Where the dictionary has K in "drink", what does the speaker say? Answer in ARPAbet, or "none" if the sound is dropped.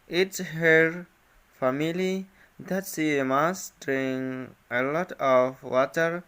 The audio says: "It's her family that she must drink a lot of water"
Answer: none